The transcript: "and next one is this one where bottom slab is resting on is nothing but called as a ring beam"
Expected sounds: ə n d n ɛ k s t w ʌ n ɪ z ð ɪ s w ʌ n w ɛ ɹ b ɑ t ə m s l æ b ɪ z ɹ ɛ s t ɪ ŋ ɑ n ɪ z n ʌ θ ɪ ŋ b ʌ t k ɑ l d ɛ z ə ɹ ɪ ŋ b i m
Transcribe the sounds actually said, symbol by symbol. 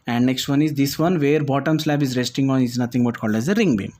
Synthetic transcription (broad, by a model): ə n d n ɛ k s t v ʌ n ɪ z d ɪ s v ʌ n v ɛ ɹ b ɑ t ə m s l æ b ɪ z ɹ ɛ s t ɪ ŋ ɑ n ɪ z n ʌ t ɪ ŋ b ʌ t k ɑ l d ɛ z ə ɹ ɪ ŋ b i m